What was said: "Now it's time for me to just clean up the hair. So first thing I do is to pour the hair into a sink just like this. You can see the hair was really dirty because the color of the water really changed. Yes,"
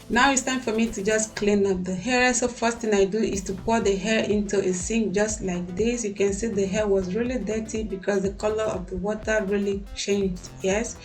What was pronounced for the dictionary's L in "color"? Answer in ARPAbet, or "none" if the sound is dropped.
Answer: L